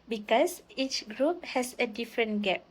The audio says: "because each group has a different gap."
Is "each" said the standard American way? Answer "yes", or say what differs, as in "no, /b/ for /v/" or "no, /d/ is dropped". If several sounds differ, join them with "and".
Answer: yes